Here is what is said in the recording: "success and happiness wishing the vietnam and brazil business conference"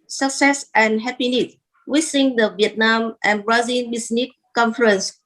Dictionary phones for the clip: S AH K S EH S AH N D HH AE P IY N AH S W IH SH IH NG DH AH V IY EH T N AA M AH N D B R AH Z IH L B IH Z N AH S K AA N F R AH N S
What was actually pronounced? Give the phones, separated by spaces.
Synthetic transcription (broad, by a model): S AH K S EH S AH N HH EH P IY N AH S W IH S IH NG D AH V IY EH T N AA M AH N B R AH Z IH N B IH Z N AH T K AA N F R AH N S